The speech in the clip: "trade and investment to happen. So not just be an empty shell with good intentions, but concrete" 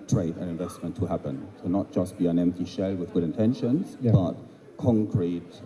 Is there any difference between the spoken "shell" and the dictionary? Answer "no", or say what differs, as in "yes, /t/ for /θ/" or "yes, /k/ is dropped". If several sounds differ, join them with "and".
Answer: no